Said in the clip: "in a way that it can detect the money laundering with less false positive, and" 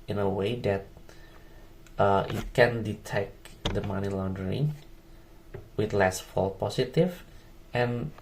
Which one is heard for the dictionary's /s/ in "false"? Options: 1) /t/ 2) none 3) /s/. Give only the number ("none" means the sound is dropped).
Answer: 2